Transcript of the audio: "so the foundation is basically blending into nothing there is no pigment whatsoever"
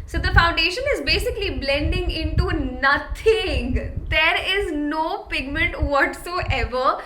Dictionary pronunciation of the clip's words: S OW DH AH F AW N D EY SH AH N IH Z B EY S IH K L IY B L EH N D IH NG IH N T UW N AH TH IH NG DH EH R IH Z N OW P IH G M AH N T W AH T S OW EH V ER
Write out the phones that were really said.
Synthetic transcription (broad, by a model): S OW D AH F AW N D EY SH AH N IH Z B EY S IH K L IY B L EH N D IH NG IH N T UW N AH T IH NG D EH R IH Z N OW P IH G M AH N T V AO T S OW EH V ER